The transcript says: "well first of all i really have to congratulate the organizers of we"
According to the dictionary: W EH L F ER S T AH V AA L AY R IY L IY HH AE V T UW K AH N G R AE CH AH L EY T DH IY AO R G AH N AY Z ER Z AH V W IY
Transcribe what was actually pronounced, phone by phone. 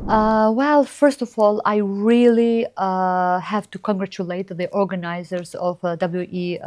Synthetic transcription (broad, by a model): W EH L F ER S T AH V AA L AY R IY L IY HH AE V T UW K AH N G R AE CH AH L EY T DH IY AO R G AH N AY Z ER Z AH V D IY